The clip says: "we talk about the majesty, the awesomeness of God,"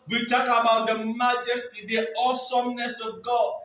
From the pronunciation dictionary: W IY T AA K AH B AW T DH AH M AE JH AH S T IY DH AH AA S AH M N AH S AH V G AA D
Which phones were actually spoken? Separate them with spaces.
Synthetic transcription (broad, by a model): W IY T AA K AH B AW T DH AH M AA JH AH S T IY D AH AA S AH M N AH S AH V G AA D